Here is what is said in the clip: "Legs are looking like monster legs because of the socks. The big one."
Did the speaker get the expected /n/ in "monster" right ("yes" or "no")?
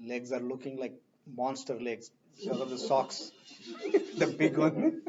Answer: yes